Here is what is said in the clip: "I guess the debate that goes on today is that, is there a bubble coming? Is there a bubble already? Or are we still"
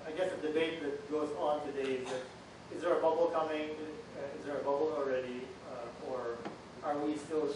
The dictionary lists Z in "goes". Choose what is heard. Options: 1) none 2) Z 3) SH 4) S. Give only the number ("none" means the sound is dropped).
2